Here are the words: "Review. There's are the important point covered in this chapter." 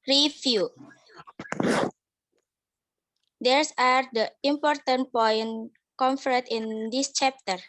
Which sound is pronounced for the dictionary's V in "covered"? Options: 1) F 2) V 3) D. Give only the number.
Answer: 1